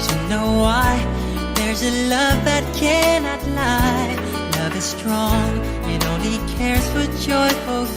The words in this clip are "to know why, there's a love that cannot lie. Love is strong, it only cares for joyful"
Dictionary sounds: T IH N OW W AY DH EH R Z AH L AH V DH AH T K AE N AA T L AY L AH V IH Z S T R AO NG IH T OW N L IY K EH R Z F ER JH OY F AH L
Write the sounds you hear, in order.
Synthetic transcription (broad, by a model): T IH N OW W AY DH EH R Z AH L AH V DH AH T K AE N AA T L AY L AH V IH Z S T R AO NG IH T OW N IY K EH R Z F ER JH OY F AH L